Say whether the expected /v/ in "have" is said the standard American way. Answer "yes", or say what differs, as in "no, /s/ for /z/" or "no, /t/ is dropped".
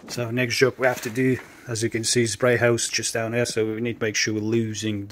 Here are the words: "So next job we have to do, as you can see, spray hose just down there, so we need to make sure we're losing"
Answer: no, /f/ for /v/